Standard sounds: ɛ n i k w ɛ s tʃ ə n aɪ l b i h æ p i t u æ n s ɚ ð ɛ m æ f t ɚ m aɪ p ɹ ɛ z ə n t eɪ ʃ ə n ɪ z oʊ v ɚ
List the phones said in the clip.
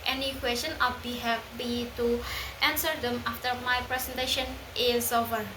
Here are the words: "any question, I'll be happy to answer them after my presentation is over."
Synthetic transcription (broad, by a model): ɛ n i k w ɛ s tʃ ə n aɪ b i h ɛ b i t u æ n s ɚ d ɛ m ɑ f t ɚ m aɪ p ɹ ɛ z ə n t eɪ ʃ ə n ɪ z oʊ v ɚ